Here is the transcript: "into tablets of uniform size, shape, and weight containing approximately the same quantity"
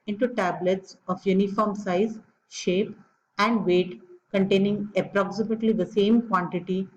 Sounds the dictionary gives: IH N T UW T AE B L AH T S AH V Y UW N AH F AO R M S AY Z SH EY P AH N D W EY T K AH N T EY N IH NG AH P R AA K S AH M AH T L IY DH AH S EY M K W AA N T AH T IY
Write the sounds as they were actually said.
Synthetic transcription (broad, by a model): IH N T UW T AE B L AH T S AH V Y UW N AH F AO R M S AY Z SH EY P AH N D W EY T K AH N T EY N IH NG AH P R AA K S AH M AH T L IY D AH S EY M K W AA N T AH T IY